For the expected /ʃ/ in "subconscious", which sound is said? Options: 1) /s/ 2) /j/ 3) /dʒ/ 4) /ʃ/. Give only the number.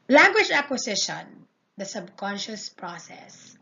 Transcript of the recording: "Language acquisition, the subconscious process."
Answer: 4